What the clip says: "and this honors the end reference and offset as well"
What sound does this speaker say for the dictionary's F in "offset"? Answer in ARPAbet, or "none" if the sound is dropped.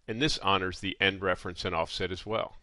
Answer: F